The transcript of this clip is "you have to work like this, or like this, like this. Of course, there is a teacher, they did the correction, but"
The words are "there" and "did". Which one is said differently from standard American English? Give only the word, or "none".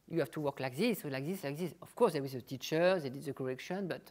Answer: there